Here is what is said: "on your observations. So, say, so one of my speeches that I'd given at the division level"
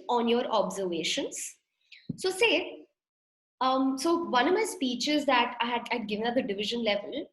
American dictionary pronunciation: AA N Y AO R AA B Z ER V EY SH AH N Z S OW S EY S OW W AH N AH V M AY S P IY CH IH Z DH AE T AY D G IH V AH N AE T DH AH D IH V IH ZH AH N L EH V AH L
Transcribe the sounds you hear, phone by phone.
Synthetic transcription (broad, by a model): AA N Y AO R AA B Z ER V EY SH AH N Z S OW S EY S OW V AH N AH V M AY S P IY CH IH Z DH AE T AY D G IH V AH N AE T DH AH D IH V IH ZH AH N L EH V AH L